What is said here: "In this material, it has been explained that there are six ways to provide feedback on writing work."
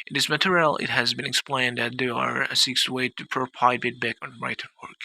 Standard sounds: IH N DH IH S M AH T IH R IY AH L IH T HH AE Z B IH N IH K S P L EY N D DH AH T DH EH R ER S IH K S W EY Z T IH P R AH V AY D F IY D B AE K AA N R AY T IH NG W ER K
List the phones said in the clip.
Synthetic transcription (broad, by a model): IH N DH IH S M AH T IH R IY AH L IH T HH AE Z B IH N IH K S P L EY N D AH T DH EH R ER S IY K S W EY T IH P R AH P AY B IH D B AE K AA N R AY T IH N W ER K